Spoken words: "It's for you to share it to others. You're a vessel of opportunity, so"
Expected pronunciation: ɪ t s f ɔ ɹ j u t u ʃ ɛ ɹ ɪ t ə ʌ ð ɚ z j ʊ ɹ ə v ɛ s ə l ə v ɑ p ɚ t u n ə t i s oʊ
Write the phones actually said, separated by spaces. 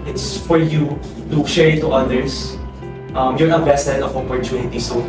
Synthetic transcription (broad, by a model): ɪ t s f ɔ ɹ j u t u ʃ ɛ ɹ ɪ t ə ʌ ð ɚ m j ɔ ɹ ə b ɛ s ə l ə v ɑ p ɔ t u n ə t i s oʊ